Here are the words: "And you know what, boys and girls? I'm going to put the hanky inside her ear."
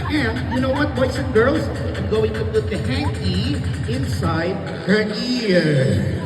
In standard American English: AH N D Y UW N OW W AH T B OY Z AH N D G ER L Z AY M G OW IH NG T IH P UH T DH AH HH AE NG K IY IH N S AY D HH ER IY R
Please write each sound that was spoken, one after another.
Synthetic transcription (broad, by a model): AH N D Y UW N OW W AH T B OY S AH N G ER L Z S G OW IH NG T IH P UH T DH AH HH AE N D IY IH N S AY D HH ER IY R